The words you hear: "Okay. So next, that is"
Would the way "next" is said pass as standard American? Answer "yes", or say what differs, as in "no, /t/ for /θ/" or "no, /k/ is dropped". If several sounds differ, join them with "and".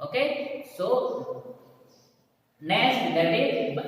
no, /k/ is dropped